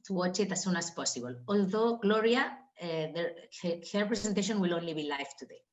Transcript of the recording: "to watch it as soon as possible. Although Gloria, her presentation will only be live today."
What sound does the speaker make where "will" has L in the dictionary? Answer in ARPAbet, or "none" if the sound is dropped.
L